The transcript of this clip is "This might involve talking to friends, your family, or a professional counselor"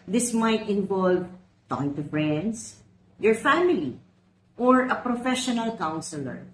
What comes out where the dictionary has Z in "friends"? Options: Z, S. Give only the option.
S